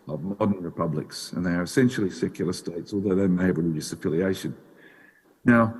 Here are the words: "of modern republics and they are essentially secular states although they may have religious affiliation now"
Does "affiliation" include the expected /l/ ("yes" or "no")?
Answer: yes